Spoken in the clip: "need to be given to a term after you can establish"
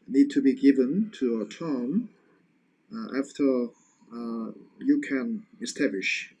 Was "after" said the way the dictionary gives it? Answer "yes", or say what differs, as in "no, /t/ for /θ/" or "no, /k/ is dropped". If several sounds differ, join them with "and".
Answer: yes